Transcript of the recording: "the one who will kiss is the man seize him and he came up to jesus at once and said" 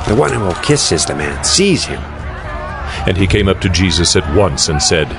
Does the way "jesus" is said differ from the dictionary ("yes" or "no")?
no